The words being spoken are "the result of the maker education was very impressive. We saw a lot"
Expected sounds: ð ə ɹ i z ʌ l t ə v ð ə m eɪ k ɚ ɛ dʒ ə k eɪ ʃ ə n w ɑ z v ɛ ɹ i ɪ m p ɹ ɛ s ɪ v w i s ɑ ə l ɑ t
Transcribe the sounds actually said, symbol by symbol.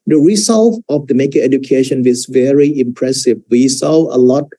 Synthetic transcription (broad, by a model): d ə ɹ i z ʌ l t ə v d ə m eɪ k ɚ ɛ dʒ ə k eɪ ʃ ə n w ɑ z v ɛ ɹ i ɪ m p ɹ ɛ s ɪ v w i s ɑ ə l ɑ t